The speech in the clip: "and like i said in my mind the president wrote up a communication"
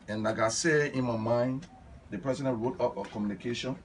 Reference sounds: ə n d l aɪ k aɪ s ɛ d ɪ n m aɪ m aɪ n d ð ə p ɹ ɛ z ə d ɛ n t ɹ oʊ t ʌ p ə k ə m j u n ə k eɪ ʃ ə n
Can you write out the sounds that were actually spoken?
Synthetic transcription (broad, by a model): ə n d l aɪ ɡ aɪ s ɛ ɪ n m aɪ m aɪ n d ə p ɹ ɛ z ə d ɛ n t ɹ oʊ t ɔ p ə k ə m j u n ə k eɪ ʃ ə n